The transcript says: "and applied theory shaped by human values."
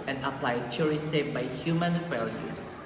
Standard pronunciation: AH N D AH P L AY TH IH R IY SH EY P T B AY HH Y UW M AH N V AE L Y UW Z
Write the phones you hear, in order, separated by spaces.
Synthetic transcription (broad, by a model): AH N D AH P L AY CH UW R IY S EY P B AY HH Y UW M AH N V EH L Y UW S